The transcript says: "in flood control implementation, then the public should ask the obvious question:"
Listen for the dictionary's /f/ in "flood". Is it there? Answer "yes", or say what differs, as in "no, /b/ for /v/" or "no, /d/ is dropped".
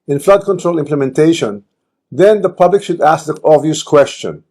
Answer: yes